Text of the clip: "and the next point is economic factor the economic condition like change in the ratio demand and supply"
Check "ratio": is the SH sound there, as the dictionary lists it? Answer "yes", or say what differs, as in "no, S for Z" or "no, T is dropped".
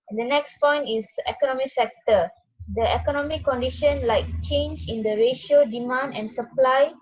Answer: yes